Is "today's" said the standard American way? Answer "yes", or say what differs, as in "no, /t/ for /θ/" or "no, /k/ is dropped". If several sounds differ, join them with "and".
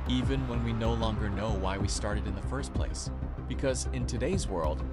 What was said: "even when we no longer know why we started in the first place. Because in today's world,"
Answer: yes